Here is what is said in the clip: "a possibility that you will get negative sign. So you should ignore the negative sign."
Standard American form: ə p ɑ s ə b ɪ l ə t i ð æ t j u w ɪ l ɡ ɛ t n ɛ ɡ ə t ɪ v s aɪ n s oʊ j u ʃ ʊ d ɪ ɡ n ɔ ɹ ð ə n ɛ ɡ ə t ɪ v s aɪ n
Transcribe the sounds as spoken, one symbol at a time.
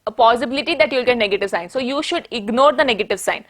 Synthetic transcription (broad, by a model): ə p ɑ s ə b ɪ l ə t i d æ t j u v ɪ l ɡ ɛ t n ɛ ɡ ə t ɪ v s aɪ n s oʊ j u ʃ ʊ d ɪ ɡ n ɔ ɹ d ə n ɛ ɡ ə t ɪ v s aɪ n